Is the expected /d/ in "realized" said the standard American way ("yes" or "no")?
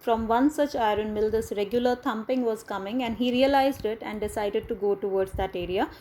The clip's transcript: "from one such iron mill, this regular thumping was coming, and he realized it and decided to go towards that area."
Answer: yes